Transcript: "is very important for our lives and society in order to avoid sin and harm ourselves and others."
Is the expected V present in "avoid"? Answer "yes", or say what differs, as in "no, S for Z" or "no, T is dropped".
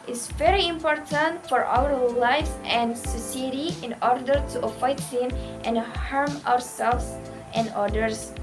no, F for V